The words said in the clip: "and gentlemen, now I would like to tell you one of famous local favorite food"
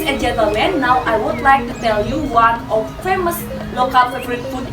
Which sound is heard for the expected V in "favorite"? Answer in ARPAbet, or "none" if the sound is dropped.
B